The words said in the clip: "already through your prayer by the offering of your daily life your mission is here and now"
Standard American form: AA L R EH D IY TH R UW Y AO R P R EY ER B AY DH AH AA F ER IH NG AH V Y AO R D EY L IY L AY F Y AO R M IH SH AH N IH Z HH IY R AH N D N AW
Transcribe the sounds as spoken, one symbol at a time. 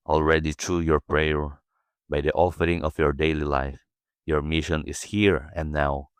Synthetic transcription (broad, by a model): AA L R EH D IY T R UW Y AO R P R EY ER B AY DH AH AA F ER IH NG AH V Y AO R D EY L IY L AY F Y AO R M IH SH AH N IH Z HH IY R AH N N AW